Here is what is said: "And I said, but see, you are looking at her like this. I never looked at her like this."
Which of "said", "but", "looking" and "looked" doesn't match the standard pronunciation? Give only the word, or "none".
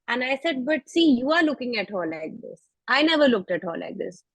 none